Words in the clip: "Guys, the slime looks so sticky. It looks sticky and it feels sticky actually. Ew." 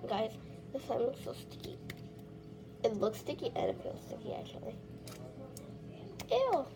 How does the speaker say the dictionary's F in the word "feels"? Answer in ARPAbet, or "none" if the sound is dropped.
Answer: P